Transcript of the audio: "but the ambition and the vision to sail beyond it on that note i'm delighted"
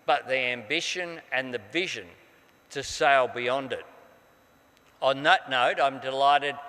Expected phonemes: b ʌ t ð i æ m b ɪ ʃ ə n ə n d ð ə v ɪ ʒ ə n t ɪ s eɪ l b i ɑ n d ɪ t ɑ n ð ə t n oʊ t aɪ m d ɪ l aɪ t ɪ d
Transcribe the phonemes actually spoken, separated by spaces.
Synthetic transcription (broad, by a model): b ʌ t ð i æ m b ɪ ʃ ə n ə n ð ə v ɪ ʒ ə n t ɪ s eɪ l b i ɑ n d ɪ t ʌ n ð ə t n oʊ t aɪ m d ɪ l aɪ t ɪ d